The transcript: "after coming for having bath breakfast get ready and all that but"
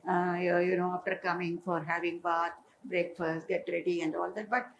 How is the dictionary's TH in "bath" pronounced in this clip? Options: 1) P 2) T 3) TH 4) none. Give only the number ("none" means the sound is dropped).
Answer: 2